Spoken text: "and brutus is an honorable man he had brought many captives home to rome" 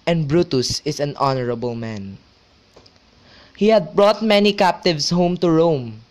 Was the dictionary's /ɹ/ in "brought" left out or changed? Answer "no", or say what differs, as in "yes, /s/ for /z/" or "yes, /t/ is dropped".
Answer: no